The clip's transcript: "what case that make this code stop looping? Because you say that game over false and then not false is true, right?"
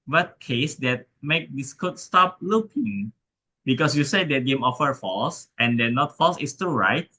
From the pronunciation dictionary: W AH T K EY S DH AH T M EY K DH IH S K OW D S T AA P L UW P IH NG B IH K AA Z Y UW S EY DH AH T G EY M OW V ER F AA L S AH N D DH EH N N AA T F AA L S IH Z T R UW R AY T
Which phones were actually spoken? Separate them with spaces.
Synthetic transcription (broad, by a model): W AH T K EY S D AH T M EY K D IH S K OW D S T AA P L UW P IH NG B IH K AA S Y UW S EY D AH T G EY M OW F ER F AA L S AH N D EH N N AA T F AA L S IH S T UW R AY T